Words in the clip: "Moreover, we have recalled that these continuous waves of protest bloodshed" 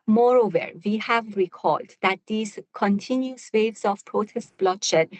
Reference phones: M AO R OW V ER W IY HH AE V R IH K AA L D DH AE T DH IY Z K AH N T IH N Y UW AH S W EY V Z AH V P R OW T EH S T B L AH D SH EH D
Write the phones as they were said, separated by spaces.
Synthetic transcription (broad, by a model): M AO R OW V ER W IY HH AE V R IH K AA L D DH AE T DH IY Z K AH N T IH N Y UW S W EY V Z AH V P R OW T EH S T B L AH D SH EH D